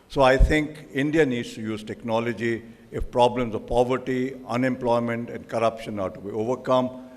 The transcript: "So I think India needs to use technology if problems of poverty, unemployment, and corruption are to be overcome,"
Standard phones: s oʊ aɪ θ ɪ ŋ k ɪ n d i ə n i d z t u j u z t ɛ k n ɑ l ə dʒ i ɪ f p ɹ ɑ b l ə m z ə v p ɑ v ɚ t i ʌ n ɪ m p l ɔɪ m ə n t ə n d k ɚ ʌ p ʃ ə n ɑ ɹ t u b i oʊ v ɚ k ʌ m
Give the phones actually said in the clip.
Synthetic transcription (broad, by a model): s oʊ aɪ t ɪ ŋ k ɪ n d i ə n i d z t u j u z t ɛ k n ɑ l ə dʒ i ɪ f p ɹ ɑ b l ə m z ə v p ɑ v ɚ t i ʌ n ɪ m p l ɔɪ m ə n t ə n d k ɚ ʌ p ʃ ə n ɑ ɹ t u b i oʊ v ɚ k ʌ m